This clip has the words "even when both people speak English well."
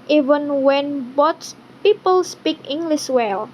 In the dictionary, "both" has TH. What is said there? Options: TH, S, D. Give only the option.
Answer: S